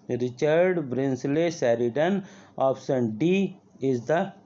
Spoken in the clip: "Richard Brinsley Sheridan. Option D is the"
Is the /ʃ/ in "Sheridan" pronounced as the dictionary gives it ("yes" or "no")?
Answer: no